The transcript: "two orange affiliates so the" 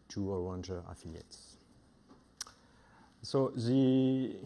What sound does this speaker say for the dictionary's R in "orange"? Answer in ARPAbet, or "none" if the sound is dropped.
W